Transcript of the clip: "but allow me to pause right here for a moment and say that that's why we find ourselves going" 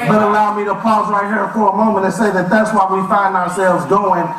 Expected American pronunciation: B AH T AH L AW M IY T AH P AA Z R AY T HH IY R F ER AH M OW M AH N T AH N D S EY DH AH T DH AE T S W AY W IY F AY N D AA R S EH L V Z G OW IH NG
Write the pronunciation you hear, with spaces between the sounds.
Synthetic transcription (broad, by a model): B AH T AH L AW M IY T AH P AA Z R AY T HH IY R F ER AH M OW M AH N T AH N S EY DH AH T DH AE T S W AY W IY F AY N D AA R S EH L V Z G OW IH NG